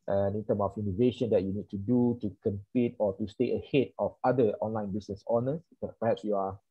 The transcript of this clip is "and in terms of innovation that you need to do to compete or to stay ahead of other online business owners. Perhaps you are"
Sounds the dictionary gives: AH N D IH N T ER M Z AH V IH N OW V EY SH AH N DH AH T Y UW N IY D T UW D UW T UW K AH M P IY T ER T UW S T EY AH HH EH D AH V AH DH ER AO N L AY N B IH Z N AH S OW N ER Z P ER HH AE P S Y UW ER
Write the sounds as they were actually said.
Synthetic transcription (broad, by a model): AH N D IH N T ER M AH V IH N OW V EY SH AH N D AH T Y UW N IY D T UW D UW T UW K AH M P IY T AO T UW S T EY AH HH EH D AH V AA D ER AO N L AY N B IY S N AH S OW N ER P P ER HH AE P S Y UW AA